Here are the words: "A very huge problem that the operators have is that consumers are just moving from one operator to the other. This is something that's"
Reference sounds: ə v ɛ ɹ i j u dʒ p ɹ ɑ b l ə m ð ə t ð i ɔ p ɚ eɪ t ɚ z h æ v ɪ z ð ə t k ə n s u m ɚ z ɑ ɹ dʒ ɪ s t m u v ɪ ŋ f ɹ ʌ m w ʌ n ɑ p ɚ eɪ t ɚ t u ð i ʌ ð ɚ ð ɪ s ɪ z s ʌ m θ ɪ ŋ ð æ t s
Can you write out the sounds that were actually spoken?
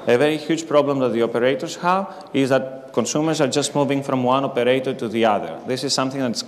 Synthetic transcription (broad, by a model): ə v ɛ ɹ i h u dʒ p ɹ ɑ b l ə m ð ə t ð i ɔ p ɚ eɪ t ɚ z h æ v ɪ z ð ə t k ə n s u m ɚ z ɑ ɹ dʒ ɪ s t m u v ɪ ŋ f ɹ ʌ m w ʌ n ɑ p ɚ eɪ t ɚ t u ð i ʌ ð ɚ ð ɪ s ɪ z s ʌ m θ ɪ ŋ ð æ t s